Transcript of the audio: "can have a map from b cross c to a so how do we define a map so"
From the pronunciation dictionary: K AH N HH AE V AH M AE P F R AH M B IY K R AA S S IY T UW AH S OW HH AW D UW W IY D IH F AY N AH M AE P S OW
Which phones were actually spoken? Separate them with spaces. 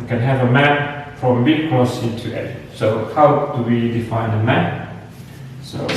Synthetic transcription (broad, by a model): K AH N HH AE V AH M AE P F R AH M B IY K AA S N T UW AH S OW HH AW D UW W IY D IH F AY N AH M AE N S OW